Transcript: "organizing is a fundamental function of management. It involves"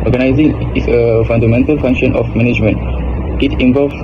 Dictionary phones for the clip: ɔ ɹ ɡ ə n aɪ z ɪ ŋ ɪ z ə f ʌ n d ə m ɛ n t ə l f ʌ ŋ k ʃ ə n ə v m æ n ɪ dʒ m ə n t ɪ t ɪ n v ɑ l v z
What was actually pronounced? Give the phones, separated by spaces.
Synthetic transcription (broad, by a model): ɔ ɹ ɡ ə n aɪ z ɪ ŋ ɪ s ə f ʌ n d ə m ɛ n t ə l f ʌ ŋ k ʃ ə n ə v m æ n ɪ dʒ m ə n t ɪ t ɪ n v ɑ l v